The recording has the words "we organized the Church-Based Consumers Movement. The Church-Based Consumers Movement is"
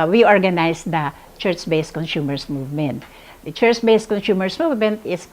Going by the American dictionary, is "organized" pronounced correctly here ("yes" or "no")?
no